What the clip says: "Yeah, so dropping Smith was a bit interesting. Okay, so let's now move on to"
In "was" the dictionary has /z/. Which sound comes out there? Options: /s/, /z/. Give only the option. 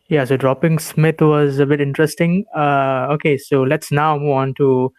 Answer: /z/